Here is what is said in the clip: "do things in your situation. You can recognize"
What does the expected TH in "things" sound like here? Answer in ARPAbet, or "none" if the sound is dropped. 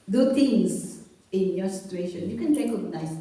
T